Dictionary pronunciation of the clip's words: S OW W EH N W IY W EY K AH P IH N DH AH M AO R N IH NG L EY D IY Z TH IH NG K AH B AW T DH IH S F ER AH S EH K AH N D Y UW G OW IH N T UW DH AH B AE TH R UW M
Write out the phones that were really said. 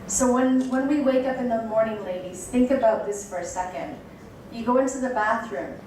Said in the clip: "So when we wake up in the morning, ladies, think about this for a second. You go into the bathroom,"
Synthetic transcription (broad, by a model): S OW W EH N W IY W EY K AH P IH N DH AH M AO R N IH NG L EY D IY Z TH IH NG K AH B AW T DH IH S F ER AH S EH K AH N D Y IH G OW IH N T UW DH AH B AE TH R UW M